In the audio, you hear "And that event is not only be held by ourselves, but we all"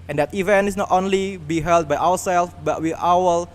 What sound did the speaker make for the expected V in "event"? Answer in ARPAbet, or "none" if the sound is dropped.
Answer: V